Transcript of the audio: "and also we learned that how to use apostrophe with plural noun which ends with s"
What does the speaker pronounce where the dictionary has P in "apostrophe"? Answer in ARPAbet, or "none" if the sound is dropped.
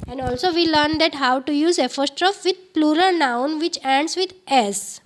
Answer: F